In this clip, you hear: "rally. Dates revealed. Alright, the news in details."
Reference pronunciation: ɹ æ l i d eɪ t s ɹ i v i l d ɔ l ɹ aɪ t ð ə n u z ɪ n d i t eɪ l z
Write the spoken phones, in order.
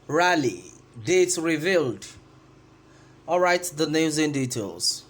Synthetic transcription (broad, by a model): ɹ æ l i d eɪ t s ɹ i v i l d ɔ l ɹ aɪ t ð ə n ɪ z ɪ n d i t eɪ l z